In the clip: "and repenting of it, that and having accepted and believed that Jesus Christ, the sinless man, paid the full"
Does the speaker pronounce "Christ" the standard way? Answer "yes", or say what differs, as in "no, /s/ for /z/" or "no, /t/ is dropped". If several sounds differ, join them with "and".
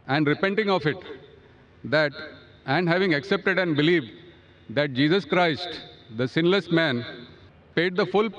yes